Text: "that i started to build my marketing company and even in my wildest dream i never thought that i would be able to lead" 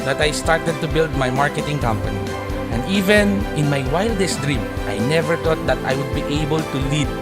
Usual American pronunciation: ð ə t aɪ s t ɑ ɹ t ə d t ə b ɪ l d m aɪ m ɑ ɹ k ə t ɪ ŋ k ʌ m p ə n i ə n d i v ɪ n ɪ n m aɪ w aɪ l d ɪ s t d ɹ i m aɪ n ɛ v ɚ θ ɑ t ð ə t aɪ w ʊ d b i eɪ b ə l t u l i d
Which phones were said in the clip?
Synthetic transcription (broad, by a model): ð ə t aɪ s t ɑ ɹ t ə d t ə b ɪ l d m aɪ m ɑ ɹ k ə t ɪ ŋ k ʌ m p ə n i ə n d i v ɪ n ɪ n m aɪ w aɪ l d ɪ s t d ɹ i m aɪ n ɛ v ɚ t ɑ t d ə t aɪ w ʊ d b i eɪ b ə l t u l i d